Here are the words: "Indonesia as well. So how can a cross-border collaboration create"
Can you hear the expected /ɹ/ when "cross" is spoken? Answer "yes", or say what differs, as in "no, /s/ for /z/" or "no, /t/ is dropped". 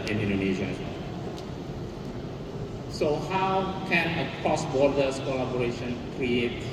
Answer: no, /ɹ/ is dropped